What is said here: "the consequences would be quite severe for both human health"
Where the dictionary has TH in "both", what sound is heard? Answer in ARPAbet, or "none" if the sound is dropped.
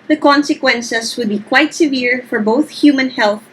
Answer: TH